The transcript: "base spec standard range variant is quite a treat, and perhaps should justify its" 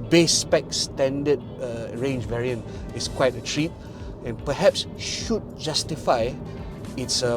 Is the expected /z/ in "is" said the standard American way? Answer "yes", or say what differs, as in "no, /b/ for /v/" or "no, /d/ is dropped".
no, /s/ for /z/